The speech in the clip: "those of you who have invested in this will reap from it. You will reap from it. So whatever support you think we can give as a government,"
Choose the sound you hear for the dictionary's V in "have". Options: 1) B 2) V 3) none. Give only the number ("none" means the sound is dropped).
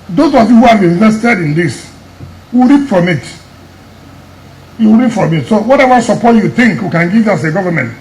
1